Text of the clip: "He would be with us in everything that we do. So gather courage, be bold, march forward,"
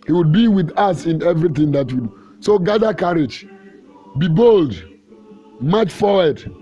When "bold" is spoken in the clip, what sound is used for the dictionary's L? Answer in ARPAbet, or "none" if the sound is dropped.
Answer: L